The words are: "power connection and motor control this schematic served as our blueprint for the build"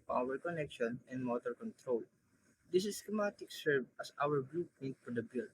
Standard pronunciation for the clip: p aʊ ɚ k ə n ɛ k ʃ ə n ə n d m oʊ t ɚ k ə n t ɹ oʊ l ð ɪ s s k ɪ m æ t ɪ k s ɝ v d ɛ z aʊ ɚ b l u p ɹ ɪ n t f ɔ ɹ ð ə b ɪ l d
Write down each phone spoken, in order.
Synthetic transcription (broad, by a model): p aʊ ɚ k ə n ɛ k ʃ ə n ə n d m oʊ t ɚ k ə n t ɹ oʊ l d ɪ s s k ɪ m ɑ t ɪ k s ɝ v ʌ s aʊ ɚ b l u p ɪ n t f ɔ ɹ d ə b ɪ l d